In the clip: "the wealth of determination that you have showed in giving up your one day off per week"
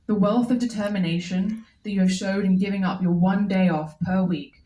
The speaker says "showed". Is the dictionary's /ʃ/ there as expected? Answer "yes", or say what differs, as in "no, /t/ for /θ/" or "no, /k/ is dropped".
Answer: yes